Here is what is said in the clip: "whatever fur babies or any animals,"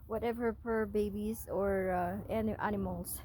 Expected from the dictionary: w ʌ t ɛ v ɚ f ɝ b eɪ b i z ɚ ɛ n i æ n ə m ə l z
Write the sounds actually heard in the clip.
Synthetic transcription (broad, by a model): w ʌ t ɛ v ɚ p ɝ b eɪ b i z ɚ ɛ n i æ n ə m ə l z